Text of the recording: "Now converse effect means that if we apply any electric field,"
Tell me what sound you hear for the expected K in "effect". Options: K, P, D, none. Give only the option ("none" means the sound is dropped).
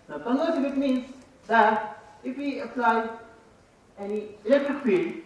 none